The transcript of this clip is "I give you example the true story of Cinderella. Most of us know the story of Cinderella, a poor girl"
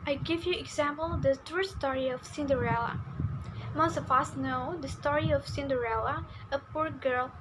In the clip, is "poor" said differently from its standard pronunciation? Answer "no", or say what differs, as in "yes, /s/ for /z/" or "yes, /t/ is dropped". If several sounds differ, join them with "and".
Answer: no